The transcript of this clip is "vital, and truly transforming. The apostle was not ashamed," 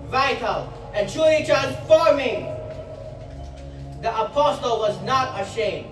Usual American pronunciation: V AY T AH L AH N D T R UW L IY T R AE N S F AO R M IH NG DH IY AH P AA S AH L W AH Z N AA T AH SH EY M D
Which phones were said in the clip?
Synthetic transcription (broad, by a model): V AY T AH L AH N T UW IY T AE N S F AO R M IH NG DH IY AH P AA S AH L W AH Z N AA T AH SH EY M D